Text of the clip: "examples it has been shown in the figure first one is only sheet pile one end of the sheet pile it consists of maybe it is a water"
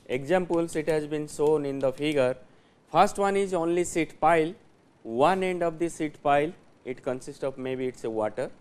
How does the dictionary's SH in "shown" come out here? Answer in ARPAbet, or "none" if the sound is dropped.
S